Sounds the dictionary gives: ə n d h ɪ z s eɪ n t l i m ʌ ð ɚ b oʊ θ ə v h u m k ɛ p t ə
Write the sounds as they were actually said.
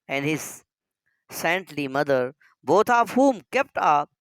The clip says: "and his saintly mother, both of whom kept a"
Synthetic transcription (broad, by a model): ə n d h ɪ z s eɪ n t l i m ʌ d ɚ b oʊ t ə p h u m k ɛ p t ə